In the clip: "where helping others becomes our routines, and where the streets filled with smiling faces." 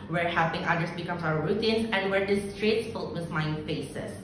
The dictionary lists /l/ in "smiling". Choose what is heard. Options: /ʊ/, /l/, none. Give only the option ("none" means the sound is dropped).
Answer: none